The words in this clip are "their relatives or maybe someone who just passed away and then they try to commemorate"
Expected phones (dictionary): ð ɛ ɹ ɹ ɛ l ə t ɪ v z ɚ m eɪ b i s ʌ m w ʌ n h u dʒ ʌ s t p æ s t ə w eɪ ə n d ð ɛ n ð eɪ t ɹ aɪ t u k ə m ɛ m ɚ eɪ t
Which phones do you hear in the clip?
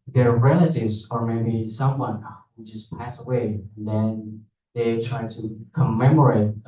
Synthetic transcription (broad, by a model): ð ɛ ɹ ɹ ɛ l ə t ɪ v z ɚ m eɪ b i s ʌ m w ʌ n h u dʒ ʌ s p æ s ə w eɪ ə n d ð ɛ n ð eɪ t ɹ aɪ t u k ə m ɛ m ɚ eɪ t